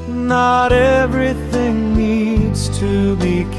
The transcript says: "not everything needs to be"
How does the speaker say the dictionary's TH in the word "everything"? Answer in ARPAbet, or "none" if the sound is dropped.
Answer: TH